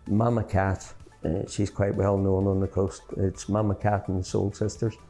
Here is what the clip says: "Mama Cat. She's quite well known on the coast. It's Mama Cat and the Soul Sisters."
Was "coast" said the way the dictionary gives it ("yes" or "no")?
yes